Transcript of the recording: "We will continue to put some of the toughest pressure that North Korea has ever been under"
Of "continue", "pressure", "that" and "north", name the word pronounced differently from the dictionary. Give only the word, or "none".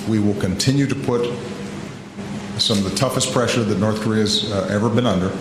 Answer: none